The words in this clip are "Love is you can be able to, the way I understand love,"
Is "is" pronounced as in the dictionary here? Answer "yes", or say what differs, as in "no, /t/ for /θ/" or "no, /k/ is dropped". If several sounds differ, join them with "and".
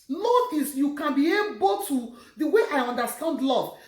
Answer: no, /s/ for /z/